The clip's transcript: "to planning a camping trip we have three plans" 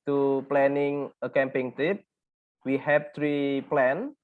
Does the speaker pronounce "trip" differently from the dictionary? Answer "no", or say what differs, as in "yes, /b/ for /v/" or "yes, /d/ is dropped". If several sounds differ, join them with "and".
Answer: yes, /ɹ/ is dropped